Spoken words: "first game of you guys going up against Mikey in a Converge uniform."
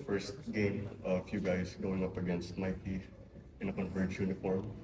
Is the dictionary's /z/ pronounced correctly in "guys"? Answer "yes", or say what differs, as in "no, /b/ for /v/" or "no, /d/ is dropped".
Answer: no, /s/ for /z/